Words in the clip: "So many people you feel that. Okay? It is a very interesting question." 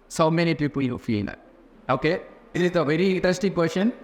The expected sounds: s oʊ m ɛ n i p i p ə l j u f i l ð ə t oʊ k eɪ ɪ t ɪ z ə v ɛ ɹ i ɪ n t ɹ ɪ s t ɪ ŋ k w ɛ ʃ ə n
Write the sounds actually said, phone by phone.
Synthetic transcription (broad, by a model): s oʊ m ɛ n i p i p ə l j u f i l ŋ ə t oʊ k eɪ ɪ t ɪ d ə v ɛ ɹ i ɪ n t ɪ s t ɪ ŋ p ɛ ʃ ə n